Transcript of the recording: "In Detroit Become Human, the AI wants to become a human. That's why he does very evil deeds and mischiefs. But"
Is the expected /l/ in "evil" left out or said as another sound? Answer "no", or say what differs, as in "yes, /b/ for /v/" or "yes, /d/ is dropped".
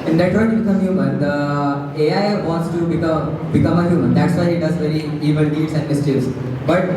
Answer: yes, /n/ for /l/